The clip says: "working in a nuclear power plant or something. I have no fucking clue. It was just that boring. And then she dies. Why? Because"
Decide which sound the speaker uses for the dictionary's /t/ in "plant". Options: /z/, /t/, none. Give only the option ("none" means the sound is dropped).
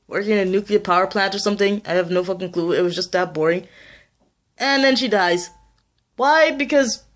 /t/